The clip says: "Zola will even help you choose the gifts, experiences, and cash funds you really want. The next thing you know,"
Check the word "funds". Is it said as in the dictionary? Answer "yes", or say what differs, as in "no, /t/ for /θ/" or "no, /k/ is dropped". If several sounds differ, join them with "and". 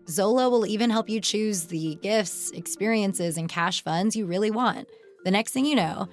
yes